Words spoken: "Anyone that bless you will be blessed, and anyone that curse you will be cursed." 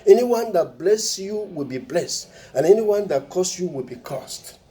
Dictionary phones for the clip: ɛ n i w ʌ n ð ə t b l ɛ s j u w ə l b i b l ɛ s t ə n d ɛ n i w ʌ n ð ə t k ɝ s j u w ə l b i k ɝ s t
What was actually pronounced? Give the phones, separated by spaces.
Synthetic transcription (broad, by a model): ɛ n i w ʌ n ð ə t b l ɛ s j u w ə l b i b l ɛ s t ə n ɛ n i w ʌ n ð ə t k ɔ s j u w ə l b i k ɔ s t